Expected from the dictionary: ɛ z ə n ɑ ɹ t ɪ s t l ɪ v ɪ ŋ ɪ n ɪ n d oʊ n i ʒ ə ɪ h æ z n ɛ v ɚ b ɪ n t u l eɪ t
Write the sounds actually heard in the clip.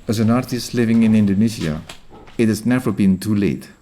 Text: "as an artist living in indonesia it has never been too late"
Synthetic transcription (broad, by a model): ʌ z ə n ɑ ɹ t ɪ s t l ɪ v ɪ ŋ ɪ n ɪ n d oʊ n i z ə ɪ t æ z n ɛ v ɚ b ɪ n t u l eɪ t